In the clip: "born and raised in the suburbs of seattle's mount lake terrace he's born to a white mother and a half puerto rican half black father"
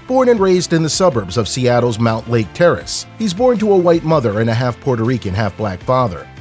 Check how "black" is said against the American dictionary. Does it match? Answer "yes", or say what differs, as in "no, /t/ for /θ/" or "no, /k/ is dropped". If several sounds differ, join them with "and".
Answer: yes